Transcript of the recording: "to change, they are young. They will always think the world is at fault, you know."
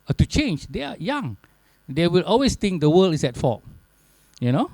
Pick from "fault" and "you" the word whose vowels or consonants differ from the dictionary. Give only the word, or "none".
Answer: fault